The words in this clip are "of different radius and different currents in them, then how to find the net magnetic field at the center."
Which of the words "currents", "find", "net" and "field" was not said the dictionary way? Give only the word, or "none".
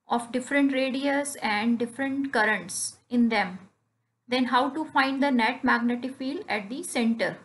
field